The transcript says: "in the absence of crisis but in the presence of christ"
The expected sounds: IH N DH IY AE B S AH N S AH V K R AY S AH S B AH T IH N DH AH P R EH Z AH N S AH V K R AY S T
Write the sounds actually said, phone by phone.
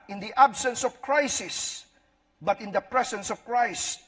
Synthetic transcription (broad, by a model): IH N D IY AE B S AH N S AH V K R AY S AH S B AH T IH N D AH P R EH S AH N S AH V K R AY S T